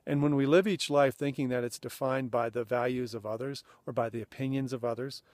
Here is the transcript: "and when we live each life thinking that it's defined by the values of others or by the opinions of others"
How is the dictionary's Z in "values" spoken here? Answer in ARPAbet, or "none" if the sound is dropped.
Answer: Z